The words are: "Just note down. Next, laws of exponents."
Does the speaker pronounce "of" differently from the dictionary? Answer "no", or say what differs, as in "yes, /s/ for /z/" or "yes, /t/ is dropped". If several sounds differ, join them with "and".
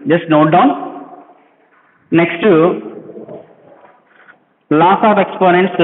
yes, /p/ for /v/